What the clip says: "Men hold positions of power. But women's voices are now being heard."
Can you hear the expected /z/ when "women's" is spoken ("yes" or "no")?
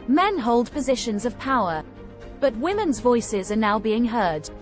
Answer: yes